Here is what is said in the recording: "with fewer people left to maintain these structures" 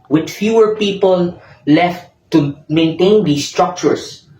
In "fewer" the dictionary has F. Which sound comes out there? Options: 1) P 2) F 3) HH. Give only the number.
2